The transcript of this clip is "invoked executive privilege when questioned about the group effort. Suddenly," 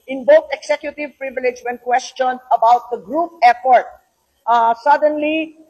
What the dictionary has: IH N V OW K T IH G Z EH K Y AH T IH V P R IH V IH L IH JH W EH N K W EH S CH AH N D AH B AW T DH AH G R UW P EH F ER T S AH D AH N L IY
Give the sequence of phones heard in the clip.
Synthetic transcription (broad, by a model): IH N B OW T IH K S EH K Y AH T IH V P R IH V IH L IH JH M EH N K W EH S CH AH N AH B AW T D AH G R UW P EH P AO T S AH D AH N L IY